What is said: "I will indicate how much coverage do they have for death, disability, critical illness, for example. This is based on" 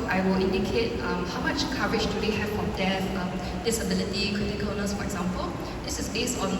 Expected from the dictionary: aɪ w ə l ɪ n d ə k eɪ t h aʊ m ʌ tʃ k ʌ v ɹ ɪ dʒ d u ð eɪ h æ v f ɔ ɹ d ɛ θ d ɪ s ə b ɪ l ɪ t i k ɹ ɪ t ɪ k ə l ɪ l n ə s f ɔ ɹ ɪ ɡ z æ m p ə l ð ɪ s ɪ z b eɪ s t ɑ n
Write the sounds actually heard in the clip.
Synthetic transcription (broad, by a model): aɪ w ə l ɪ n d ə k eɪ t h aʊ m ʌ tʃ k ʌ ɹ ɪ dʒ d u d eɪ h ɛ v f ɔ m d ɛ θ d ɪ s ə b ɪ l ɪ t i k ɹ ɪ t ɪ k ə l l n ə s f ɔ ɹ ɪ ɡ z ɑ m p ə l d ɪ s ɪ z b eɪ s ɑ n